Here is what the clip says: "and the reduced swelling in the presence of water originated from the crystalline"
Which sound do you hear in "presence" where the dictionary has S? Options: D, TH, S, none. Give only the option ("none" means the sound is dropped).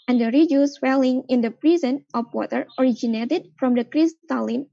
none